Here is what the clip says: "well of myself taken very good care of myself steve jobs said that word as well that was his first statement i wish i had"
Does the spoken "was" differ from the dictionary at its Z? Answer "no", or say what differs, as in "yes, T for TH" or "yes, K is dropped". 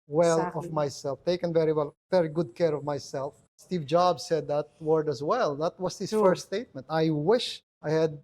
yes, S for Z